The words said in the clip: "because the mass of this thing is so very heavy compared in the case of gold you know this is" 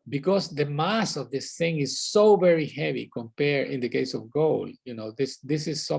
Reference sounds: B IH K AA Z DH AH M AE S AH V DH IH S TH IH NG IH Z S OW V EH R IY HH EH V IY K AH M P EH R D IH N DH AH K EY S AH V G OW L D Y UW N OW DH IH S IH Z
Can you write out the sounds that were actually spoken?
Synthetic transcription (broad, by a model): B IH K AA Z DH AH M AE S AH V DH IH S TH IH NG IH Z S OW V EH R IY HH EH V IY K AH M P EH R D IH N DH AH K EY S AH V G OW L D Y UW N OW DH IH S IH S